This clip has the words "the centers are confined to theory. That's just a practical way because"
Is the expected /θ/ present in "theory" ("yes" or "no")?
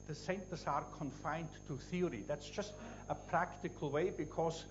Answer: yes